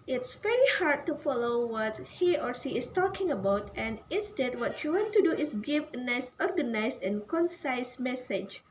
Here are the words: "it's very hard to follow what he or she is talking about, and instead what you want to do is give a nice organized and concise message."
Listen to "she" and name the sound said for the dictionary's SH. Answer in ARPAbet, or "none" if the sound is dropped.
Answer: S